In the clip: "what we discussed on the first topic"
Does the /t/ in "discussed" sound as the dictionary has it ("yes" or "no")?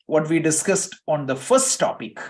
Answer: yes